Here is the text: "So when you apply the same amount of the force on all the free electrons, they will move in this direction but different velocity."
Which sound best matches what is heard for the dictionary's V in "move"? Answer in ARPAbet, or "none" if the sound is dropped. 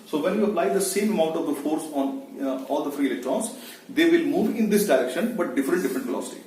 V